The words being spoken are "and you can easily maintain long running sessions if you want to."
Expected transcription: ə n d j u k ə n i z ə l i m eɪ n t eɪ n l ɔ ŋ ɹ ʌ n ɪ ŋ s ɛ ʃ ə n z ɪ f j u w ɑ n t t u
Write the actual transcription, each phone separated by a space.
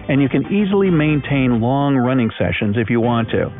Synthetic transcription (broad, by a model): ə n j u k ə n i z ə l i m eɪ n t eɪ n l ɔ ŋ ɹ ʌ n ɪ ŋ s ɛ ʃ ə n z ɪ f j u w ɑ n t t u